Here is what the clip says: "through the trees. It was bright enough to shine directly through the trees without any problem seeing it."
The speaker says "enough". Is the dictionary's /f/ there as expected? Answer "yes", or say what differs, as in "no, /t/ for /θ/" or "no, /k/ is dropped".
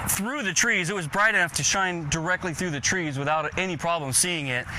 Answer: yes